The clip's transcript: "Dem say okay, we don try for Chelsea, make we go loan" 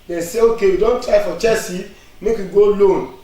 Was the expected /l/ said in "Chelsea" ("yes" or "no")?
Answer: no